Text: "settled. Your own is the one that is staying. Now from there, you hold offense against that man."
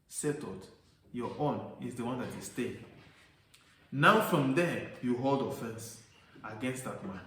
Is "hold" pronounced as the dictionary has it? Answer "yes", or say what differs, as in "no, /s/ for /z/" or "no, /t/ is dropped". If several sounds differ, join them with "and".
yes